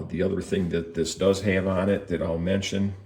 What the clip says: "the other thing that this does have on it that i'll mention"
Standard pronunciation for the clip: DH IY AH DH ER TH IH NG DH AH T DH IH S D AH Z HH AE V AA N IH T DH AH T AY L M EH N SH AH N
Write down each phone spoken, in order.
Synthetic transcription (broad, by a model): DH IY AH DH ER TH IH NG DH AH T DH IH S D AH Z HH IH V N IH T DH AH T AY L M EH N SH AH N